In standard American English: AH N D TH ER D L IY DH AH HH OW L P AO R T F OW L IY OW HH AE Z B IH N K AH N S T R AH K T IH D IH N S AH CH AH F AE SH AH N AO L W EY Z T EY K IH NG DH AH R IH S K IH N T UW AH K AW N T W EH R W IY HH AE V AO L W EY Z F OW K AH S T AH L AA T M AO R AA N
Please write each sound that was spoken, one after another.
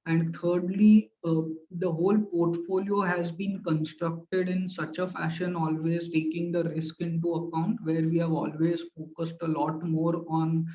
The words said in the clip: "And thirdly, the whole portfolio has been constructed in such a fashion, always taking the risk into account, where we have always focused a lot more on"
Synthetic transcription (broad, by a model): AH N D T ER D L IY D AH HH OW L P AO R T F OW L IY OW HH AE Z B IH N K AH N S T R AH K T IH D IH N S AH CH AH F AE SH AH N AO L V EY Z T EY K IH NG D AH R IH S K IH N T UW AH K AW N T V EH R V IY HH AE V AO L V EY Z F OW K AH S T AH L AA T M AO R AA N